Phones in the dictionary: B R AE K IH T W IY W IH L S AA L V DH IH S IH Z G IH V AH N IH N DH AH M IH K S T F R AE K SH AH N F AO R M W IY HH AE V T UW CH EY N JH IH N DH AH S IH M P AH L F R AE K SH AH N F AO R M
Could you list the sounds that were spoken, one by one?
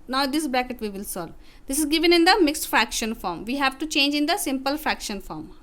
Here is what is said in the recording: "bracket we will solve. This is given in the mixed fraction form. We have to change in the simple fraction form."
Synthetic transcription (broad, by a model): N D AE K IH T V IY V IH L S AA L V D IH S IH Z G IH V AH N IH N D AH M IH K S T F R AE K SH AH N F AO R M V IY HH AE V T UW CH EY N JH IH N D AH S IH M P AH L F R AE K SH AH N F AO R M